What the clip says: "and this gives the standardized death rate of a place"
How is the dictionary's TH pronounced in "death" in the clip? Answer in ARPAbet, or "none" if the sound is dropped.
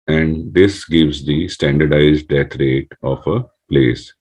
T